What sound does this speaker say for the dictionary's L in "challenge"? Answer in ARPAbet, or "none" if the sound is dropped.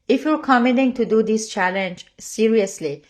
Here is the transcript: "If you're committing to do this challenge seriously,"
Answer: L